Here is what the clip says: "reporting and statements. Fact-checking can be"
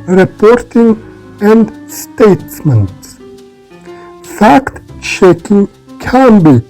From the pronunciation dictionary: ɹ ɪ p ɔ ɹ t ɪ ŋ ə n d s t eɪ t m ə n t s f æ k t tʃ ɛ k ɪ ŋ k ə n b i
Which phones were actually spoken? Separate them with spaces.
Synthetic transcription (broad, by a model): ɹ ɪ p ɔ ɹ t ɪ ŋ ə n d s t eɪ t m ə n t s f æ k t ʃ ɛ k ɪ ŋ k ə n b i